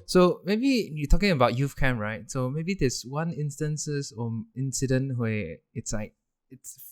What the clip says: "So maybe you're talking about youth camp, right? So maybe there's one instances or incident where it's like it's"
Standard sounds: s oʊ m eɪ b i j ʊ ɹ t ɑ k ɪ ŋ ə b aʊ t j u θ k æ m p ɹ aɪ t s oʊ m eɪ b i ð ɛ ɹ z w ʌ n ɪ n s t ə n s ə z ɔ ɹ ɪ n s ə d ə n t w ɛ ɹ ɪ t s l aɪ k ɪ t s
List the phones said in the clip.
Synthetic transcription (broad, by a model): s oʊ m eɪ b i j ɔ t ɑ k ɪ ŋ ə b aʊ t j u f k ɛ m ɹ aɪ t s oʊ m eɪ b i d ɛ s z w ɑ n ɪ n s t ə n s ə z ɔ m ɪ n s ə d ə n t w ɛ ɪ t s l aɪ k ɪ t s